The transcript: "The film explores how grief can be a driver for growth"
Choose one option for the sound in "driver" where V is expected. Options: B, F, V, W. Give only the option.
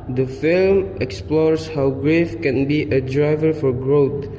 V